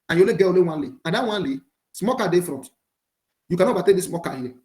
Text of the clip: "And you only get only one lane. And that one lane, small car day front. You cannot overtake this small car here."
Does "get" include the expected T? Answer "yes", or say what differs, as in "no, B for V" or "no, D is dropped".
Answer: no, T is dropped